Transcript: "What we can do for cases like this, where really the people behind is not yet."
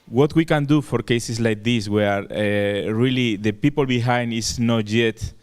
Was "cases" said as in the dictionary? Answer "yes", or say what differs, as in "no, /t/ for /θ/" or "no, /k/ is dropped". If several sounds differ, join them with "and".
no, /s/ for /z/